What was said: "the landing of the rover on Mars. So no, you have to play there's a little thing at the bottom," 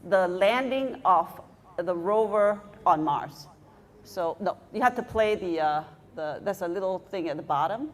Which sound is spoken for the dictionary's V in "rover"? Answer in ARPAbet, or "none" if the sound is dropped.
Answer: V